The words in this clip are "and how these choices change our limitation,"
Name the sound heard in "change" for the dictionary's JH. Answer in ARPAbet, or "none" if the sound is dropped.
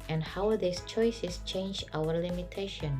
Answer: JH